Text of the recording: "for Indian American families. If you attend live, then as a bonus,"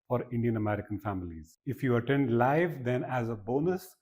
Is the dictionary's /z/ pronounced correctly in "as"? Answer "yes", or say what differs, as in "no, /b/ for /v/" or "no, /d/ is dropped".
yes